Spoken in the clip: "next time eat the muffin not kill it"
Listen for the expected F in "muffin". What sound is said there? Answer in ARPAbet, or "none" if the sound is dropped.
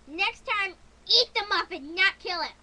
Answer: P